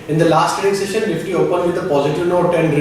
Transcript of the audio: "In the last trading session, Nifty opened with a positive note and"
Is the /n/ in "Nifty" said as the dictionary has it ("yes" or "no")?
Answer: no